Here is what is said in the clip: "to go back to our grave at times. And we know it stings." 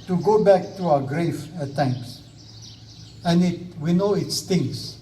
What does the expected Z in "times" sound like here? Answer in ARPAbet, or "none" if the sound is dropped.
S